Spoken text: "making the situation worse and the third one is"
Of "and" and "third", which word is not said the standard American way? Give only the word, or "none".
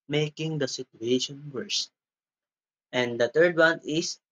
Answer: third